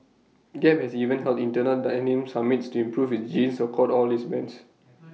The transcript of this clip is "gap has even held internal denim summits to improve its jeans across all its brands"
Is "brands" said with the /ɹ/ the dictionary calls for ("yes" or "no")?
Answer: no